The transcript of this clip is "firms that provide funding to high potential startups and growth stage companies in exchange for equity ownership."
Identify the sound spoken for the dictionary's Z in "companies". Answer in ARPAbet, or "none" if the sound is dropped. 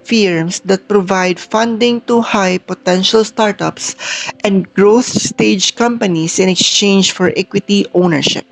S